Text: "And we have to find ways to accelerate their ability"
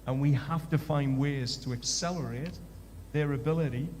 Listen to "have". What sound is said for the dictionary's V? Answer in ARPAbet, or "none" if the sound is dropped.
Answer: F